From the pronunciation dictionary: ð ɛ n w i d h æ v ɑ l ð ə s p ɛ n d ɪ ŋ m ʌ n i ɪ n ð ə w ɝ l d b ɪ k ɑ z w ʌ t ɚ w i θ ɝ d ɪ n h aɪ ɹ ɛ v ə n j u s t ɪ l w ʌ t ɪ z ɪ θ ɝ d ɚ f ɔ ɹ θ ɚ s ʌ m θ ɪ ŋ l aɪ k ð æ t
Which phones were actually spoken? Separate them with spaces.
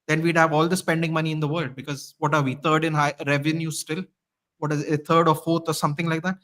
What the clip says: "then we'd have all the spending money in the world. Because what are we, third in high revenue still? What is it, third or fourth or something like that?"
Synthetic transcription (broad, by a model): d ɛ n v i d h æ v ɑ l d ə s p ɛ n d ɪ ŋ m ʌ n i ɪ n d ə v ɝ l d b ɪ k ɑ z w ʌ t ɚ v i t ɝ d ɪ n h aɪ ɹ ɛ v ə n j u s t ɪ l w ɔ t ɪ z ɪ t ɝ d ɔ f ɔ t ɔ s ʌ m t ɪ ŋ l aɪ k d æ t